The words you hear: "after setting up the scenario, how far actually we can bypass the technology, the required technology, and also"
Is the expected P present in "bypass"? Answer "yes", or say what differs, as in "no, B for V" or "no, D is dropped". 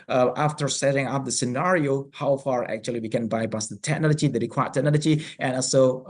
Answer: no, B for P